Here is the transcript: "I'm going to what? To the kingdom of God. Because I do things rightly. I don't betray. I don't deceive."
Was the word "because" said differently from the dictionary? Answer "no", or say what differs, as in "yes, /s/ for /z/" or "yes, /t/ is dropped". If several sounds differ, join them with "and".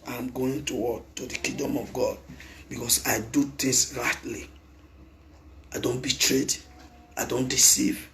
yes, /s/ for /z/